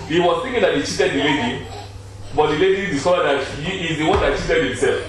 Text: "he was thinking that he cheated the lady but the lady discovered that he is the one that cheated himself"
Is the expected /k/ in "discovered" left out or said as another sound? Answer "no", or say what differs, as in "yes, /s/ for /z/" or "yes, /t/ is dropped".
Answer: yes, /k/ is dropped